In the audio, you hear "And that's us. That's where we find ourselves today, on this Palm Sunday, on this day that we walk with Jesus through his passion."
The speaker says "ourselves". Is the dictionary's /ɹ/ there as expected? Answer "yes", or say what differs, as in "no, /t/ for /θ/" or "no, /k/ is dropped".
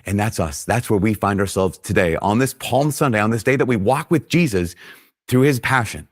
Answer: yes